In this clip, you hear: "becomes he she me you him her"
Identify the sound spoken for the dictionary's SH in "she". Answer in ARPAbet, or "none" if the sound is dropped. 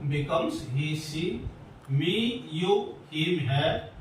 S